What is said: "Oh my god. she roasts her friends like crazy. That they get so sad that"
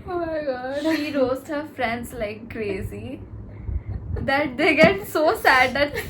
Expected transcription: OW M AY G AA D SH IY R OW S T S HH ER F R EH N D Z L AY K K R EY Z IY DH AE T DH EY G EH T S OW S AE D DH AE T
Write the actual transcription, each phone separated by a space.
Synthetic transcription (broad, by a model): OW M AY G AA D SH IY R OW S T HH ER F R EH N D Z L AY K K R EY Z IY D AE T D EY G EH T S OW S AE D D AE T